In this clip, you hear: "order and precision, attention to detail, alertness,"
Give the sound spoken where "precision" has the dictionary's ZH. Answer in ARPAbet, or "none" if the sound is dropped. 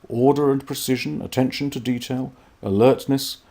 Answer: ZH